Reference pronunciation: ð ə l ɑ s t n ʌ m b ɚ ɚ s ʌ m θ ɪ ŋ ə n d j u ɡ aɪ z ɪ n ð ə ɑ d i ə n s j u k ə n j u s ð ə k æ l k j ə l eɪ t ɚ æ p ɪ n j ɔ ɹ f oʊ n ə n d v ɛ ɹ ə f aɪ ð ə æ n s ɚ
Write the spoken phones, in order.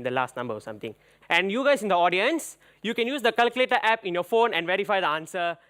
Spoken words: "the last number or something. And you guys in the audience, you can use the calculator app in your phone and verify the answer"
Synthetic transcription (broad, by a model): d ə l ɑ s t n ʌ m b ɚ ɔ s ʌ m t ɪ ŋ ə n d j u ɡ aɪ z ɪ n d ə ɑ d i ə n s j u k ə n j u s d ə k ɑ l k j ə l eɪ t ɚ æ p ɪ n j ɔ f oʊ n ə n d v ɛ ɹ ə f aɪ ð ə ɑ n s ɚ